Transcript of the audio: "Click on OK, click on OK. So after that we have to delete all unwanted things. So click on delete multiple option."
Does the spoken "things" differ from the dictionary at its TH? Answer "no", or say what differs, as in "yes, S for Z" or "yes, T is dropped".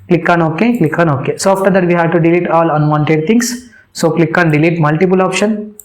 yes, T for TH